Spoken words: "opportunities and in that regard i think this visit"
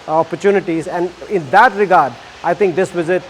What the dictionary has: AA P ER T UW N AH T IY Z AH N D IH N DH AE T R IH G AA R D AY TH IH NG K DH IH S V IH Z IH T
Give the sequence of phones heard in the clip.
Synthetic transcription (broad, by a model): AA P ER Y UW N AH T IY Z AH N D IH N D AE T R IH G AA R D AY T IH NG K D IH S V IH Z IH T